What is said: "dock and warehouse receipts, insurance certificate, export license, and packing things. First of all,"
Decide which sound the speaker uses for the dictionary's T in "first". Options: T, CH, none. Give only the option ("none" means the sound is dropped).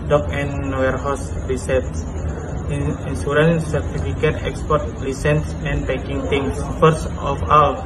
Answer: none